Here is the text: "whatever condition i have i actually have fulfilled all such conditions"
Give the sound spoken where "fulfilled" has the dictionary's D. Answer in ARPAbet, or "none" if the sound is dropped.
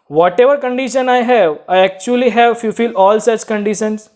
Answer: none